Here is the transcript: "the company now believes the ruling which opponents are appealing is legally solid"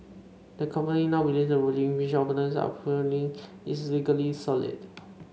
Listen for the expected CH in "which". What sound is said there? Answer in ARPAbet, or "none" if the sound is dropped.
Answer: SH